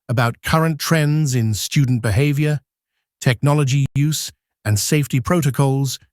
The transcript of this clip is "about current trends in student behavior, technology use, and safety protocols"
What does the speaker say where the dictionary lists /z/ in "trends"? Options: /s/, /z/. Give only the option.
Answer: /z/